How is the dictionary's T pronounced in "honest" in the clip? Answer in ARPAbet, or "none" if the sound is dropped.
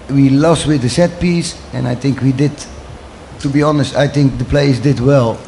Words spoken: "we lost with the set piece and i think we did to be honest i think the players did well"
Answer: T